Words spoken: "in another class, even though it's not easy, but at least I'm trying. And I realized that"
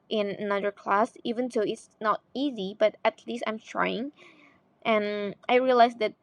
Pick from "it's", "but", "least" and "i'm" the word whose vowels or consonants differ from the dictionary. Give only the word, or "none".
none